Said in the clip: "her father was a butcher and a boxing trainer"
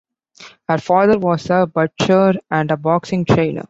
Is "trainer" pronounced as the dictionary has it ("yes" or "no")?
no